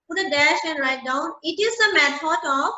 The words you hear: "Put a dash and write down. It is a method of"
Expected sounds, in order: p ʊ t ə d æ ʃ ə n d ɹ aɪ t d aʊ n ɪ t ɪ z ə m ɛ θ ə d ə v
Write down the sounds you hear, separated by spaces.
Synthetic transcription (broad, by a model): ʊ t ə d æ ʃ ə n d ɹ aɪ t d aʊ n ɪ t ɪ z ə m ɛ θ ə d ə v